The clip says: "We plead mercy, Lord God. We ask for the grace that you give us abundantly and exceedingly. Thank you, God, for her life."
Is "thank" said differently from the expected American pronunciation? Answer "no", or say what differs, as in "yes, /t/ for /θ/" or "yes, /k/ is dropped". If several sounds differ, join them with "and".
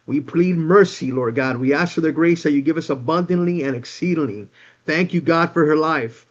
no